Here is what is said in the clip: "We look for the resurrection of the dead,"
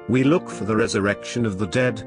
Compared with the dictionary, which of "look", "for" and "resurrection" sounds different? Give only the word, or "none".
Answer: none